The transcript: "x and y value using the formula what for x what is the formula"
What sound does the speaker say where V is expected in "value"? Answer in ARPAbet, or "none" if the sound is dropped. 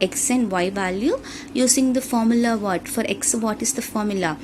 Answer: V